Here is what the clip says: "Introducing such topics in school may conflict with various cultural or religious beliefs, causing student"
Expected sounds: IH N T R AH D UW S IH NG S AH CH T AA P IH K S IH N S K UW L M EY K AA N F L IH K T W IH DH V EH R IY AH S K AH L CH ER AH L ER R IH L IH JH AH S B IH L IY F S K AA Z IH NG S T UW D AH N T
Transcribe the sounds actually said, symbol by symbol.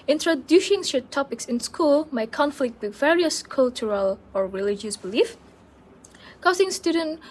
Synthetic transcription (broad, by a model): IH N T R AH D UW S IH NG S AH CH T AA P IH K S IH N S K UW L M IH K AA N F L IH K T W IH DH V EH R IY AH S K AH L CH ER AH L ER R IH L IH JH AH S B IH L IY F K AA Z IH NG S T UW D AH N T